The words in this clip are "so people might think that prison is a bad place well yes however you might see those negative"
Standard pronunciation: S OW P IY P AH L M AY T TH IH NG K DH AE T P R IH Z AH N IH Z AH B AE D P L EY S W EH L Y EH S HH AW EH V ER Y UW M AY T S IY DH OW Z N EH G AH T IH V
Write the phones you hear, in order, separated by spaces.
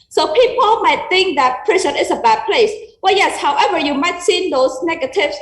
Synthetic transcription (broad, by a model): S OW P IY P AH L M AY T TH IH NG K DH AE T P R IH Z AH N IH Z AH B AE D P L EY S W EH Y EH S HH AW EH V ER Y UW M AY T S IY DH OW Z N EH G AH T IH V